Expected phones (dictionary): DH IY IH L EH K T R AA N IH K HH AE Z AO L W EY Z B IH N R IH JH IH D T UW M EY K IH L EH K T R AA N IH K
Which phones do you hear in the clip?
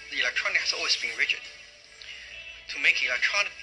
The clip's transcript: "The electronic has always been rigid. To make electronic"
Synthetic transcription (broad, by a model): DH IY IH L EH K T R AA N IH K HH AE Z AO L W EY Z B IH N R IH CH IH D T UW M EY K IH L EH K T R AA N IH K